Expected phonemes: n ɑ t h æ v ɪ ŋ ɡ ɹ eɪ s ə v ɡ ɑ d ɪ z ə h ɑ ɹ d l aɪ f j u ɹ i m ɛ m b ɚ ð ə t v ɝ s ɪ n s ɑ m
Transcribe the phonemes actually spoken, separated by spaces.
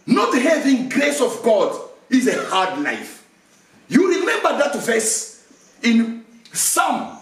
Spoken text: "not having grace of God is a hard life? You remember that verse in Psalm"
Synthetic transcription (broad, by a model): n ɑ t h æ v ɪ ŋ ɡ ɹ eɪ s ə v ɡ ɑ d ɪ z ə h ɑ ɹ d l aɪ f j u ɹ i m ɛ m b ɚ ð ə t v ɝ s ɪ n s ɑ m